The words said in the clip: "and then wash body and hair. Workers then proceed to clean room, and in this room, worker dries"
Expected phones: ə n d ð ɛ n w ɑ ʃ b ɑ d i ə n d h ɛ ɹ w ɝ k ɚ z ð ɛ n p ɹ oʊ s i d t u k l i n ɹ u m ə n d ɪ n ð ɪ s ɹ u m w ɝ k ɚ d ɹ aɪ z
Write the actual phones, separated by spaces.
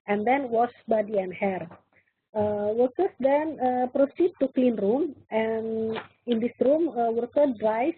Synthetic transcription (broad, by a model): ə n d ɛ n w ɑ s b ɑ d i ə n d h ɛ ɹ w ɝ k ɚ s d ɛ n p ɹ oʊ s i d t u k l i n ɹ u m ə n ɪ n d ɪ s ɹ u m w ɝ k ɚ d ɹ aɪ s